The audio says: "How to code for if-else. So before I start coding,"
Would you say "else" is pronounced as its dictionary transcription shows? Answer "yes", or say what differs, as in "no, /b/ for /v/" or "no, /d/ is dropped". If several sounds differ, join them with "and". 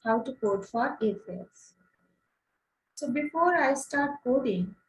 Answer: no, /l/ is dropped